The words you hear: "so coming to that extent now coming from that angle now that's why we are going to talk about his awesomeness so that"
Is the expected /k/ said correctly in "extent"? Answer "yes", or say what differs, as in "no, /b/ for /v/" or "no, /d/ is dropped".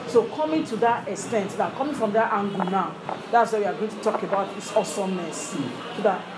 yes